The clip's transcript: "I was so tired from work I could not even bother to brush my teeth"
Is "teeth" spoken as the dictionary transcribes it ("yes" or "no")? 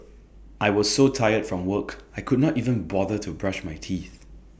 yes